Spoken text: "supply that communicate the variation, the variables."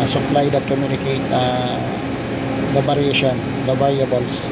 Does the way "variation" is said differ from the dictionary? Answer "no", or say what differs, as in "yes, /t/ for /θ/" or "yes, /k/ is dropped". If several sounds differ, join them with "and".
yes, /b/ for /v/